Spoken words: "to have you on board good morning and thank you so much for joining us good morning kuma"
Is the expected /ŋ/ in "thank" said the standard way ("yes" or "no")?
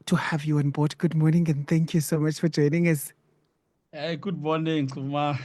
yes